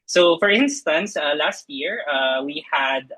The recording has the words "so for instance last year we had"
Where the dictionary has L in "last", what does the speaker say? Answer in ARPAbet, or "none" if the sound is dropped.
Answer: L